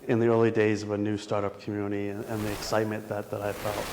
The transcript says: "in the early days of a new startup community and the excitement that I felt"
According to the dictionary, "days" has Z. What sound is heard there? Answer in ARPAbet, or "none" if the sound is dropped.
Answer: Z